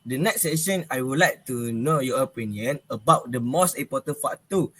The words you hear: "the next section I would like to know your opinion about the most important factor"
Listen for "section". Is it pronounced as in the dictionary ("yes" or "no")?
no